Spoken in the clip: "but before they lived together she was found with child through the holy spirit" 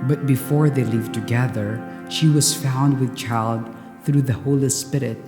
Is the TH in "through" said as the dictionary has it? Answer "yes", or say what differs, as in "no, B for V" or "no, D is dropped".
yes